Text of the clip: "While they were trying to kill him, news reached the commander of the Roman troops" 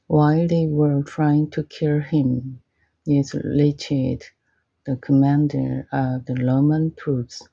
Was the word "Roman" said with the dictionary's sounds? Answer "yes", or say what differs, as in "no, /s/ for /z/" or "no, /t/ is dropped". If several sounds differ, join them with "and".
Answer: no, /l/ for /ɹ/